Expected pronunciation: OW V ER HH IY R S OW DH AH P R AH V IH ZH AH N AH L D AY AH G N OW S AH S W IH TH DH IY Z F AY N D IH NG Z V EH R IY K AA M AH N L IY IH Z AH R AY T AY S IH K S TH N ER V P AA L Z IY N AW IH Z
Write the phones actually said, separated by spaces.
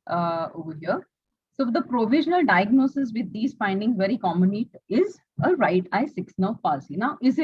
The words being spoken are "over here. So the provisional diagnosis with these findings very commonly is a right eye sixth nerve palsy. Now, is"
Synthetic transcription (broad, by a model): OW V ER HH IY R S OW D AH P R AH V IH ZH AH N AH L D AY AH G N OW S AH S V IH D IY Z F AY N D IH NG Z V EH R IY K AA M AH N IY IH Z AH R AY T AY S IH K S N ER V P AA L S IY N AW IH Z